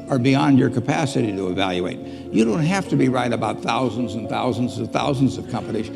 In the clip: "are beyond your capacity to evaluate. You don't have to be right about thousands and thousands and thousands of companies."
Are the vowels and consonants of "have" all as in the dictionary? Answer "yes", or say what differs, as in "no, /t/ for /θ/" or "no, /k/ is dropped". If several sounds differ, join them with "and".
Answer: no, /f/ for /v/